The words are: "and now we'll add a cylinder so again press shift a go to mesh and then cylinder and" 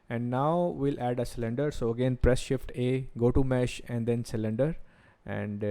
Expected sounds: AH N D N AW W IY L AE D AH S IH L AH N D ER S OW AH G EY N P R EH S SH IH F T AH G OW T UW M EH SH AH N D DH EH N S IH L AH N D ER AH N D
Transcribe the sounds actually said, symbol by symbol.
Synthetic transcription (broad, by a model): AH N D N AW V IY L AE D AH S IH L AH N D ER S OW AH G EY N P R EH S SH IH F T AH G OW T UW M EH SH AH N D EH N S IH L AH N D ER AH N D